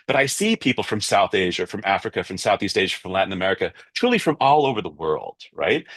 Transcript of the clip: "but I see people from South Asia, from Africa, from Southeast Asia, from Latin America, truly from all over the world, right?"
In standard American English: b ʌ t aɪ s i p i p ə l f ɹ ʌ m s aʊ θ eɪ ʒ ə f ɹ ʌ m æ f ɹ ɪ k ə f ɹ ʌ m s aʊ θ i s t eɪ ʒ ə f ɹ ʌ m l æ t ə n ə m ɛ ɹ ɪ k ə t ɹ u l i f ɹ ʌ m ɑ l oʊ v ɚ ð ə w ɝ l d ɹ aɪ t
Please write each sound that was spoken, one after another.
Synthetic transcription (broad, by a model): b ʌ t aɪ s i p i p l f ɹ ʌ m s aʊ θ eɪ ʒ ə f ɹ ʌ m æ f ɹ ɪ k ə f ɹ ʌ m s aʊ θ i s t eɪ ʒ ə f ɹ ʌ m l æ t n ə m ɛ ɹ ɪ k ə t ɹ u l i f ɹ ʌ m ɑ l oʊ v ɚ ð ə w ɝ l d ɹ aɪ t